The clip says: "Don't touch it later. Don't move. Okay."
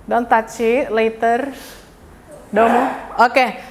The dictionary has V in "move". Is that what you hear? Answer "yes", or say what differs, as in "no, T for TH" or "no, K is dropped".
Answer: no, V is dropped